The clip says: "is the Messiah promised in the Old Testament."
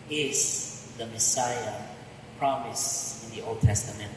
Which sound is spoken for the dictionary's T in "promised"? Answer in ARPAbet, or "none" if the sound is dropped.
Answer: none